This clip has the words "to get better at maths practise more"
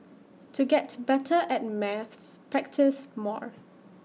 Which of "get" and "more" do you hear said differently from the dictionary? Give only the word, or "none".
none